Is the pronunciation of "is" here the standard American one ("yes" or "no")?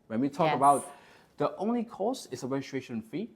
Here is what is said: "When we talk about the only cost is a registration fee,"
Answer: no